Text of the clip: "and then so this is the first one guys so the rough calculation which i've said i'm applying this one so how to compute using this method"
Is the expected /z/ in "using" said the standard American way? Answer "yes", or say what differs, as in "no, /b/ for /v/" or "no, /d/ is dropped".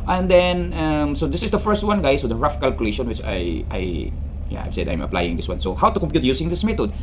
no, /s/ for /z/